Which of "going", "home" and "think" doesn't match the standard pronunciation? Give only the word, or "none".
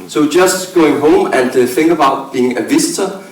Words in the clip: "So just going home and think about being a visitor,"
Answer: think